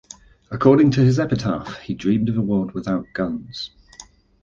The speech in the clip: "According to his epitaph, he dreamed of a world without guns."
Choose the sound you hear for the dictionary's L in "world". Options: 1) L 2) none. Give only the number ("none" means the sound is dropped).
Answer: 2